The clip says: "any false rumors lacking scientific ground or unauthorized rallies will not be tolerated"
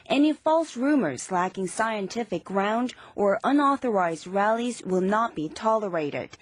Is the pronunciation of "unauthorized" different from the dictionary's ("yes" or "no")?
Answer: no